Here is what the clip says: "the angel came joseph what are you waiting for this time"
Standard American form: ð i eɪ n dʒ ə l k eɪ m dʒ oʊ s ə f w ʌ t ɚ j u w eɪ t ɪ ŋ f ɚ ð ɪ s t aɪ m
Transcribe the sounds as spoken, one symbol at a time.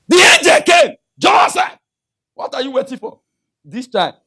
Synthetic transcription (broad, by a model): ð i eɪ n dʒ ə l k eɪ m dʒ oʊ s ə w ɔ t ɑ j u w eɪ t ɪ ŋ f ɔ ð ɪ s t aɪ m